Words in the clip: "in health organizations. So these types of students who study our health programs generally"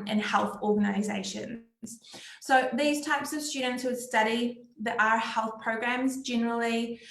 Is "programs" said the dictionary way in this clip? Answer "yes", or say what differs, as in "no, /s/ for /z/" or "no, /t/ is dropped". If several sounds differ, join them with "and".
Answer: yes